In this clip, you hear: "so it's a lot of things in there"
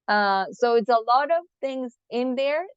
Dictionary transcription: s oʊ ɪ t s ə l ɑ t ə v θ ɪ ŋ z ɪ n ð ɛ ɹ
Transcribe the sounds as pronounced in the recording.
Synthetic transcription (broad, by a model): s oʊ ɪ t s ə l ɑ t ə v θ ɪ ŋ z ɪ n ð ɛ ɹ